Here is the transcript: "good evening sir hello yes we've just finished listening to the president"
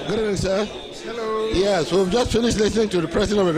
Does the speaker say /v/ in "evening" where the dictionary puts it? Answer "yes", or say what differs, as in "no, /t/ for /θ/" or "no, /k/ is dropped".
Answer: no, /v/ is dropped